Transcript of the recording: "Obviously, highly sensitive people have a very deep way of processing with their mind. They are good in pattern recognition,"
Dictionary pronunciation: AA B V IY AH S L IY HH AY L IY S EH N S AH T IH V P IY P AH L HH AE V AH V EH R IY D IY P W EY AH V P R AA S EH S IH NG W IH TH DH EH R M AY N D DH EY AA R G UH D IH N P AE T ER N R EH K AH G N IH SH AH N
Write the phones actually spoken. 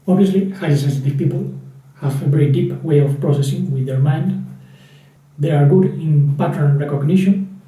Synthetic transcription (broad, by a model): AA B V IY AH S L IY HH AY IY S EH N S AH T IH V P IY P AH L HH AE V AH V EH R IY D IY P W EY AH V P R AA S EH S IH NG W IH DH EH R M AY N D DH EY AA R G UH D IH N P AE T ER N R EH K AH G N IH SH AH N